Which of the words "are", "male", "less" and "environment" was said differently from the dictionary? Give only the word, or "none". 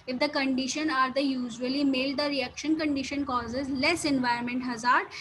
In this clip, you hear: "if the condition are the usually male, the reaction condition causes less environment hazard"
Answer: environment